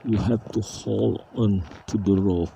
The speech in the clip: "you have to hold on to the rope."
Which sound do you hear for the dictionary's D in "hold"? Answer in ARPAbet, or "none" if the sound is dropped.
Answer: none